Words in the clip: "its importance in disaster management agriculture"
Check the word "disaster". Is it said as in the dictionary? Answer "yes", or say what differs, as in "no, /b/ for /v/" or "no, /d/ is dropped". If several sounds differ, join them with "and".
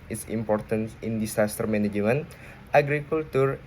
no, /s/ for /z/